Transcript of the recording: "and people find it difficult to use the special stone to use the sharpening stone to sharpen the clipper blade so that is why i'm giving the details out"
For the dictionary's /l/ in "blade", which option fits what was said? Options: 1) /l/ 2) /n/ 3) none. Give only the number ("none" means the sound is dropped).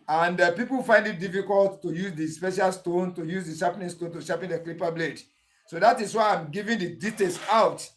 1